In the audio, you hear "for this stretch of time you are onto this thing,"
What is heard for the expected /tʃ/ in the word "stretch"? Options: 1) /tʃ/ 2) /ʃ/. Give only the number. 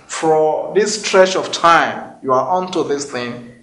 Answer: 2